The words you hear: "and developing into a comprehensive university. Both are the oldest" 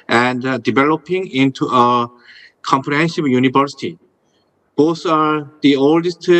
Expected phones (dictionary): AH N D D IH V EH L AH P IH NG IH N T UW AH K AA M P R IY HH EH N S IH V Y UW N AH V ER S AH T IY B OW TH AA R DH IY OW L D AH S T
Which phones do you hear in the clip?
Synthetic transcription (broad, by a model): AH N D D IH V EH L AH P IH NG IH N T UW AH K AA M P R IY HH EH N SH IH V Y UW N AH V ER S AH T IY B OW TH AA R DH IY OW L D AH S T